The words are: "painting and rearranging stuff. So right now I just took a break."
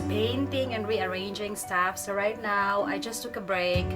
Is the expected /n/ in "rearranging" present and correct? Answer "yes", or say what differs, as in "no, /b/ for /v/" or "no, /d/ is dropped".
yes